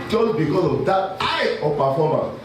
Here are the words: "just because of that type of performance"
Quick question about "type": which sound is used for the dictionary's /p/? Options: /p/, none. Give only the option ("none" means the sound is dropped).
none